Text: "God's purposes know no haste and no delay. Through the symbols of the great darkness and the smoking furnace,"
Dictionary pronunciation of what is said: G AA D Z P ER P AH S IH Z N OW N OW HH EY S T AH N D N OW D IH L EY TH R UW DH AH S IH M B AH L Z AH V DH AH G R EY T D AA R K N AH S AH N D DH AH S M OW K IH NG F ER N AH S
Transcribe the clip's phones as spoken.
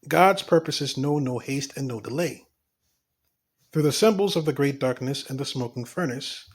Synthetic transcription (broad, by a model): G AA D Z P ER P AH S IH Z N OW N OW HH EY S T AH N N OW D IH L EY TH R UW DH AH S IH M B L Z AH V DH AH G R EY T D AA R K N AH S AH N DH AH S M OW K IH NG F ER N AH S